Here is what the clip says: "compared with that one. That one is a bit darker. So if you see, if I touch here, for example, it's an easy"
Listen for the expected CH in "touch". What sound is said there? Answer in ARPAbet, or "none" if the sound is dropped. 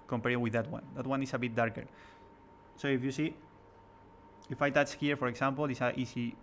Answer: S